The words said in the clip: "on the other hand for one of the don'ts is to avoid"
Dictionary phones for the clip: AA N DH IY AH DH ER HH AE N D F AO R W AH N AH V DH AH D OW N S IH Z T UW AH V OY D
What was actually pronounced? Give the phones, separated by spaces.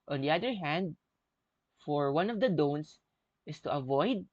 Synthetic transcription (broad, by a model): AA N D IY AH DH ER HH AE N D F AO R W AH N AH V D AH D OW N S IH S T UW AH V OY D